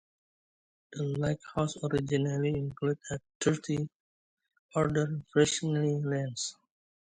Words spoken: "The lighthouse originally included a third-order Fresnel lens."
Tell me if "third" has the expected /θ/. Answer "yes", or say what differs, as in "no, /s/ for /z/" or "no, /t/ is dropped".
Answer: no, /t/ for /θ/